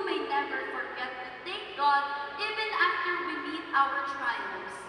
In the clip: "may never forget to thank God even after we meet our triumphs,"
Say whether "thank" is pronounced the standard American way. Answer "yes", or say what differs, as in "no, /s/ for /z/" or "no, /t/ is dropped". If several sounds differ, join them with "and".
no, /ŋ/ is dropped